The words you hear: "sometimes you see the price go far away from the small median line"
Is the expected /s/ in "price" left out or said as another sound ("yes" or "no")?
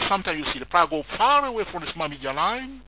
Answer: yes